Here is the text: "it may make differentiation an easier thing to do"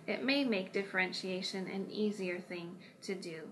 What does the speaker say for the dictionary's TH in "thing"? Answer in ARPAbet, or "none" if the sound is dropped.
TH